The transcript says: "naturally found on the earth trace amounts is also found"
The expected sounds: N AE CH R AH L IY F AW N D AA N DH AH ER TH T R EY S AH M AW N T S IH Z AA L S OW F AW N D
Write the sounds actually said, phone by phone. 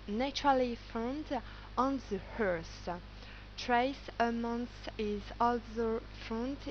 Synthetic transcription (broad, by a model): N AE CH R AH L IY F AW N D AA N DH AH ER S T R EY S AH M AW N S IH Z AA L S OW F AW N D